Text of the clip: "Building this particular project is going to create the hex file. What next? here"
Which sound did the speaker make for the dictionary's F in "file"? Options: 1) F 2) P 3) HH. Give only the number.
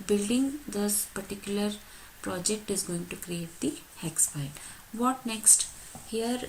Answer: 2